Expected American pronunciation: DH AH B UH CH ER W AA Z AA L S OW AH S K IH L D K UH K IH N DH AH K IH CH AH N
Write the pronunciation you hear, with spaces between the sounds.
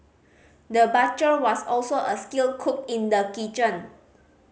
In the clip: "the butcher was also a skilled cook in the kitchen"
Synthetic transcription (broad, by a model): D AH B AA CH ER W AA S AA L S OW AH S K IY L K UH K IH N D AH K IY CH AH N